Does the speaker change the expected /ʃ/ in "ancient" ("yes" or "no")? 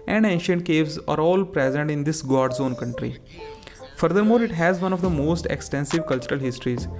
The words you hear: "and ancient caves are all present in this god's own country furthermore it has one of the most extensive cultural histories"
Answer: no